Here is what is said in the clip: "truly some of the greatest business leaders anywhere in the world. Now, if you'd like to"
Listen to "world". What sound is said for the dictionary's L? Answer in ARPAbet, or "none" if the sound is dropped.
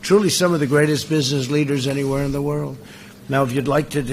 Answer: L